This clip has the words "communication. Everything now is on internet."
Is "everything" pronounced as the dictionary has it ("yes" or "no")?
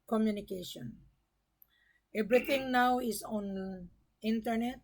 no